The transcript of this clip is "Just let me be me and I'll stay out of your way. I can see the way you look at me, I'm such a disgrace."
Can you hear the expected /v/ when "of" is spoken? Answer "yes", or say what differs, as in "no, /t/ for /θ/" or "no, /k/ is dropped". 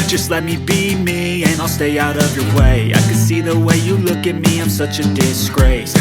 yes